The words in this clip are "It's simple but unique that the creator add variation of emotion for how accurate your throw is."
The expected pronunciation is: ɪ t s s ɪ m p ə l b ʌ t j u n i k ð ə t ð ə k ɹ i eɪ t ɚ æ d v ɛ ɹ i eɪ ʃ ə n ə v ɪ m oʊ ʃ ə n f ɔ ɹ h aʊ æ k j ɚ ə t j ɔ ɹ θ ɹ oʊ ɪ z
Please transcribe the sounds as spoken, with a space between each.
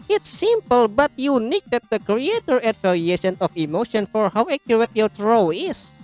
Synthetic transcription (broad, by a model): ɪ t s s ɪ m p ə l b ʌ t j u n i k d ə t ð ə k ɹ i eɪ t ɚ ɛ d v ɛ l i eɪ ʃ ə n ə f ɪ m oʊ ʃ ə n f ɔ ɹ h aʊ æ k j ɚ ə t j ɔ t ɹ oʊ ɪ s